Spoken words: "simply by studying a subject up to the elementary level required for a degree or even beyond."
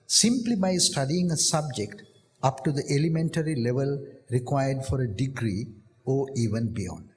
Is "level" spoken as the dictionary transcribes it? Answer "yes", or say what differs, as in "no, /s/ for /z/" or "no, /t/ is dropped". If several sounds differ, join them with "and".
yes